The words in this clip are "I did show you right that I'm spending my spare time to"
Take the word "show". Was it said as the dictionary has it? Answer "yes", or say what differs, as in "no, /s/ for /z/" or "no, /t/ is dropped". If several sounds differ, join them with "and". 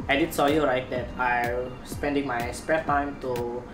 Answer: no, /s/ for /ʃ/